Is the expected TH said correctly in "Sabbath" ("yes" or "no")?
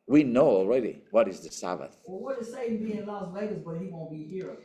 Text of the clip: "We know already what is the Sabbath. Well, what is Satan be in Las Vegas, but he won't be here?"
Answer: yes